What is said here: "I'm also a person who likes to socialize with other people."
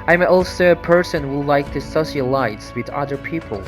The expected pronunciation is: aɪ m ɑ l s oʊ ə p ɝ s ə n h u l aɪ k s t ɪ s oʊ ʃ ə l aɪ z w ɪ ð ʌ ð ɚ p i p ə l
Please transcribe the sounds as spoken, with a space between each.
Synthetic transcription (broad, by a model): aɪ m ɑ l s oʊ ə p ɝ s ə n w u l aɪ k t ɪ s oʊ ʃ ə l aɪ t w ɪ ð ʌ ð ɚ p i p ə l